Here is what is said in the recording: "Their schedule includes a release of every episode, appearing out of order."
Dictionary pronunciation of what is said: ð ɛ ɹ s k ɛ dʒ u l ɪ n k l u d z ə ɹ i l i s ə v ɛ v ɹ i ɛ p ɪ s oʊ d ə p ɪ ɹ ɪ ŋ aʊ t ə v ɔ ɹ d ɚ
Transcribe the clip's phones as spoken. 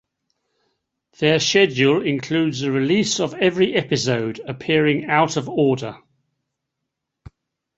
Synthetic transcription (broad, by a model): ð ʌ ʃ ɛ dʒ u l ɪ n k l u d z ə ɹ i l i s ə v ɛ v ɹ i ɛ p ɪ s oʊ d ə p ɪ ɹ ɪ ŋ aʊ t ə v ɔ d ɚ